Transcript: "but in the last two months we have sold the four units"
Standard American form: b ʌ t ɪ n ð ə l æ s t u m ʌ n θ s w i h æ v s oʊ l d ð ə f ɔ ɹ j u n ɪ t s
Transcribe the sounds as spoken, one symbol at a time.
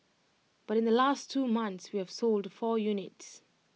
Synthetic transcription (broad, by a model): b ʌ t ɪ n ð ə l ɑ s t u m ʌ n θ s w i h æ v s oʊ l d f ɔ j u n ɪ t s